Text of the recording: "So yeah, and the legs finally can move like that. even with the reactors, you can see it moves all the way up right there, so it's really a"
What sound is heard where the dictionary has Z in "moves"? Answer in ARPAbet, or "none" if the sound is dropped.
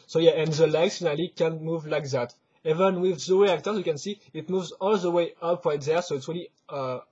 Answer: Z